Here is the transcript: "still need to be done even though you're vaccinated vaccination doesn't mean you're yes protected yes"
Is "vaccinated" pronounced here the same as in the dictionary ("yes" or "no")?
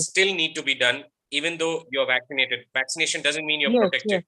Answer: yes